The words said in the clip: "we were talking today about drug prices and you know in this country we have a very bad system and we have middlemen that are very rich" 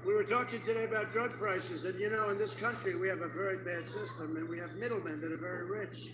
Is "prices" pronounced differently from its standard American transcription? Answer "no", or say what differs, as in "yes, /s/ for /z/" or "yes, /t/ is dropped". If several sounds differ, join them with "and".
no